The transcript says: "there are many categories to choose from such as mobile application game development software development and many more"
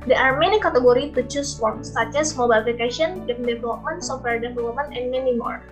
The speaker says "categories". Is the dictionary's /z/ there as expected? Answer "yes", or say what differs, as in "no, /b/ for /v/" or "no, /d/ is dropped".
no, /z/ is dropped